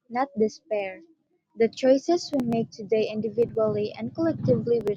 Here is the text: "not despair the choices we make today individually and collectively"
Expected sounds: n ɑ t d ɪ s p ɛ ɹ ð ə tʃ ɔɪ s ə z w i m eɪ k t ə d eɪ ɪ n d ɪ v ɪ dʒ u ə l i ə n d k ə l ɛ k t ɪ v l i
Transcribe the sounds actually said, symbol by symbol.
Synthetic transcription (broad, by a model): n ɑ t d ɪ s p ɛ ɹ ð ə tʃ ɔɪ s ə s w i m eɪ k t ə d eɪ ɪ n d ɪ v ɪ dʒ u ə l i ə n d k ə l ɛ k t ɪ v l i